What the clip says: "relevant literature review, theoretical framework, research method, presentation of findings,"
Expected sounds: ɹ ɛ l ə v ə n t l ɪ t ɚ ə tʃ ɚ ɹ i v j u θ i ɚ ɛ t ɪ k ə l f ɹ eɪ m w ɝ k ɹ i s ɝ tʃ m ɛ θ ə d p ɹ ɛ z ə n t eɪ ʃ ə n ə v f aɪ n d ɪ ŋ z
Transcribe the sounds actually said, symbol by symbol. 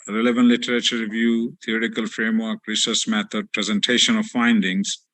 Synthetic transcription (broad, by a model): ɹ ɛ l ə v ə n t l ɪ t ɚ ə tʃ ɚ ɹ i v j u t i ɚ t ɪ k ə l f ɹ eɪ m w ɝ k ɹ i s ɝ s m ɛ t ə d p ɹ ɛ z ə n t eɪ ʃ ə n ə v f aɪ n d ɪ ŋ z